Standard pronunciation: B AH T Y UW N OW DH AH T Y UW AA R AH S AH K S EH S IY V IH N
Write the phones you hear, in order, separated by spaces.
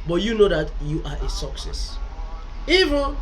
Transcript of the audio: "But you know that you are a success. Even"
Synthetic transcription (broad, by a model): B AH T Y UW N OW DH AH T Y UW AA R AH S AH K S EH S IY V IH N